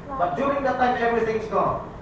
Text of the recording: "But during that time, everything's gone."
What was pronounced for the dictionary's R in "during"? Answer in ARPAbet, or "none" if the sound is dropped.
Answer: none